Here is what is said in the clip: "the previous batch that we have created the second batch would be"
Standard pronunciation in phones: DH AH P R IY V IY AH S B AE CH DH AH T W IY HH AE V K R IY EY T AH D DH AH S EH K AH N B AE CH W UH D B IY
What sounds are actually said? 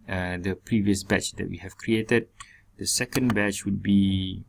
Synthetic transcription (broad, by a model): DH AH P R IY V IY AH S B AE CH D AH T W IY HH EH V K R IY EY T AH D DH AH S EH K AH N B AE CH W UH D B IY